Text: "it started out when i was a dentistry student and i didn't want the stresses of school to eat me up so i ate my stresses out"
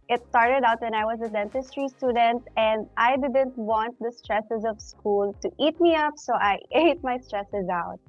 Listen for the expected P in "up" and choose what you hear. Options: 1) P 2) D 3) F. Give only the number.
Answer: 1